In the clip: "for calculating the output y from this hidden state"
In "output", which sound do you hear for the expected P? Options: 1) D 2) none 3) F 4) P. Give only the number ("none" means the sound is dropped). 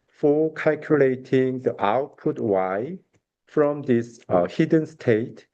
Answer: 4